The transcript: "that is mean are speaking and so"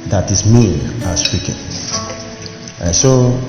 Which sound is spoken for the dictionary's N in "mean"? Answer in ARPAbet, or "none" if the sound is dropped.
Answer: none